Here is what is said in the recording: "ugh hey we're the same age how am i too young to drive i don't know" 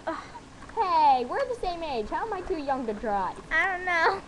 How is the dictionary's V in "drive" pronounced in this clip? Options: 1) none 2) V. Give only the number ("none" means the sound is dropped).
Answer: 1